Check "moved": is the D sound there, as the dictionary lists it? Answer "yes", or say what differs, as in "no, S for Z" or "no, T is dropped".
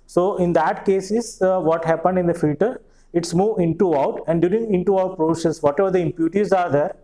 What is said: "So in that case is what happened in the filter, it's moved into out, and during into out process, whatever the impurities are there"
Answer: no, D is dropped